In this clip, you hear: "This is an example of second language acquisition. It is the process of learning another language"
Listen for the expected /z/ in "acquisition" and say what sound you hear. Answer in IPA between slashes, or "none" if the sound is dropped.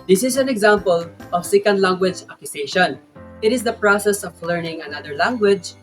/s/